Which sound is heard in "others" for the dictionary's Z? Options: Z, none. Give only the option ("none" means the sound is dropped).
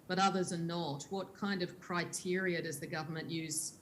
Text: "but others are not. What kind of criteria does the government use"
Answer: Z